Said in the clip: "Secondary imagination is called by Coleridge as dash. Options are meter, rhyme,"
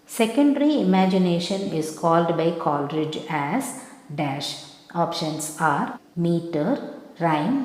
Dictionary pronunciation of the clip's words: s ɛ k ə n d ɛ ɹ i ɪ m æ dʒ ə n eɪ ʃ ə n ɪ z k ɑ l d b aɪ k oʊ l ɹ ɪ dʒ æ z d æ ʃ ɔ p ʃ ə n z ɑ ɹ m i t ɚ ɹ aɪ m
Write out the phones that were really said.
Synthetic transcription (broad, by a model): s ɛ k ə n d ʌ ɹ i ɪ m æ dʒ ə n eɪ ʃ ə n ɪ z k ɑ l d b aɪ k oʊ l ɹ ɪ dʒ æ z d æ ʃ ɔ p ʃ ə n s ɑ ɹ m i t ɚ ɹ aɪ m